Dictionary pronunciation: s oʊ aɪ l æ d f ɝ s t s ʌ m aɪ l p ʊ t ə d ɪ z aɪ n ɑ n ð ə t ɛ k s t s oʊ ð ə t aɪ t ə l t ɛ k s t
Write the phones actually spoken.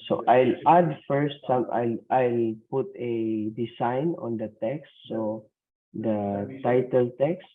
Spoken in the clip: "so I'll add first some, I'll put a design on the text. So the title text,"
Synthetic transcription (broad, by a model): s oʊ aɪ l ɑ d f ɝ s t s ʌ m aɪ l p ʊ t ə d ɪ s aɪ n ɑ n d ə t ɛ k s t s oʊ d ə t aɪ t ə l t ɛ k s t